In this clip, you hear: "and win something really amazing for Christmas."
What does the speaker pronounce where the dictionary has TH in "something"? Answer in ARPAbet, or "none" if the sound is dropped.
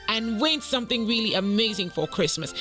TH